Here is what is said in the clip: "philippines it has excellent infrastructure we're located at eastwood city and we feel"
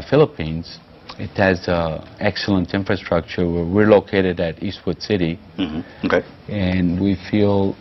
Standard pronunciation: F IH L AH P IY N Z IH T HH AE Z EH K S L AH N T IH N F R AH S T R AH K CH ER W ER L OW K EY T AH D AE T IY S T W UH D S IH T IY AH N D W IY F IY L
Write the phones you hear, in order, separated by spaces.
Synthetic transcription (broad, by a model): F IH L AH P IY N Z IH T HH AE Z EH K S L AH N T IH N F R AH S T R AH K CH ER W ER L OW K EY T AH D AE T IY S T W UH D S IH T IY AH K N W IY F IY L